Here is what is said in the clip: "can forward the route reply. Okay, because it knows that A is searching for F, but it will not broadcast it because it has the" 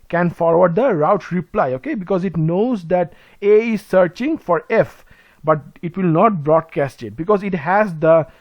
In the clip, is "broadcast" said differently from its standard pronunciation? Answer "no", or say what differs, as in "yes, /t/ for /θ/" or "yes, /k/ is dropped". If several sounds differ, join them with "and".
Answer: no